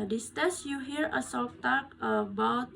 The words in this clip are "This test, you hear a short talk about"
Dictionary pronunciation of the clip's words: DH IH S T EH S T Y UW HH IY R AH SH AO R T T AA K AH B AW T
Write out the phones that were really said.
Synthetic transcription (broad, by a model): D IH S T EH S Y UW HH IY R AH S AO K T T AA K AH B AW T